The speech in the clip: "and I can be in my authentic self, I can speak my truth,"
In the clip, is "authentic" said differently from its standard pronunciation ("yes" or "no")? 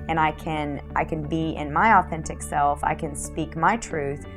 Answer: no